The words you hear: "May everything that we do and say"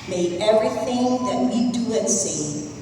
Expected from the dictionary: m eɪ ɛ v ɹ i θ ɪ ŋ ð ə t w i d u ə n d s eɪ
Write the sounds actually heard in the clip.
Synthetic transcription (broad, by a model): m eɪ ɛ v ɹ i θ ɪ ŋ ð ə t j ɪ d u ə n s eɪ